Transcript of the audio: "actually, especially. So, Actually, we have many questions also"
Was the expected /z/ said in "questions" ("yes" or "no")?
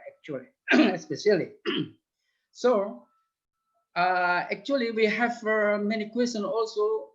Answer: no